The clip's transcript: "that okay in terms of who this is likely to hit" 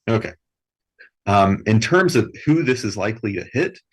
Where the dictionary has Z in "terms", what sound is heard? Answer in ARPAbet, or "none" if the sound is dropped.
Z